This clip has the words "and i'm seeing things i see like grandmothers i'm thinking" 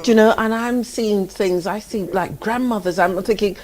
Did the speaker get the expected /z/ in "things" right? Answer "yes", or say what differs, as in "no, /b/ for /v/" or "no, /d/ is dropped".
yes